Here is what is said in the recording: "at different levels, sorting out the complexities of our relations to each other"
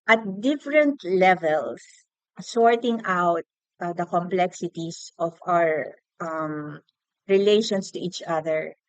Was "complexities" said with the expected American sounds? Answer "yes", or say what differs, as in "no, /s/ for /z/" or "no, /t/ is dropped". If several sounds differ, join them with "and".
no, /s/ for /z/